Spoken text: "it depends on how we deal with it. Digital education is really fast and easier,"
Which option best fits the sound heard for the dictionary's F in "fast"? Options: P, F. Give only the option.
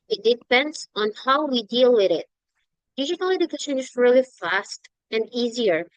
F